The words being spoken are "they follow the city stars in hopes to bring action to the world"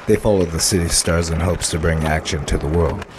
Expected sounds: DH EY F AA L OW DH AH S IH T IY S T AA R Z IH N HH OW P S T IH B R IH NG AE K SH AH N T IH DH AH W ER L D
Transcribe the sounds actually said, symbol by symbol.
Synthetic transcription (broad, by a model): DH EY F AA L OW DH AH S IH T IY S T AA R Z IH N HH OW P S T IH B R IH NG AE K SH AH N T IH DH AH W ER L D